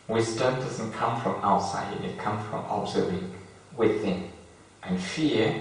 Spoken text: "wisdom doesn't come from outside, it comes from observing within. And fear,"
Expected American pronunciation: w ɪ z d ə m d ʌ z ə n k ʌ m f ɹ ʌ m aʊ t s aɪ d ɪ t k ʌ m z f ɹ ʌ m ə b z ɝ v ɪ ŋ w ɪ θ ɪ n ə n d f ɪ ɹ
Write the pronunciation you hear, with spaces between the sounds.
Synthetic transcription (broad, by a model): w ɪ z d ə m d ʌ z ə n k ʌ m f ɹ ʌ m aʊ t s aɪ d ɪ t k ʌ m f ɹ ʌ m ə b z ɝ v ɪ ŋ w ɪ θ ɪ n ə n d f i